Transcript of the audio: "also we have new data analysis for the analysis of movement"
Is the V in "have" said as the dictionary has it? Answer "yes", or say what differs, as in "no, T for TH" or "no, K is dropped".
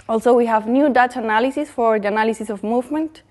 yes